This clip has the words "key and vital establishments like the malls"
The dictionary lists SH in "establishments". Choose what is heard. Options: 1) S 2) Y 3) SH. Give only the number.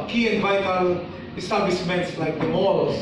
1